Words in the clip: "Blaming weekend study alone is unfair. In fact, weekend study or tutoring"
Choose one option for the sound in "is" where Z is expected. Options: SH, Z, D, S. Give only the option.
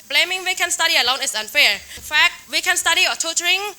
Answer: S